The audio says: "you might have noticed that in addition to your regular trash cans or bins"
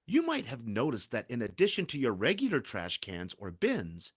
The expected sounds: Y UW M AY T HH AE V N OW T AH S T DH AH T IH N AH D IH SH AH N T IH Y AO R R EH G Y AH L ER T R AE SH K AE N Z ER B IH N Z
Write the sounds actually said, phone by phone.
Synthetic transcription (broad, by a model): Y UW M AY T HH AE V N OW T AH S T DH AH T IH N AH D IH SH AH N T IH Y AO R R EH G Y L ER T R AE SH K AE N Z ER B IH N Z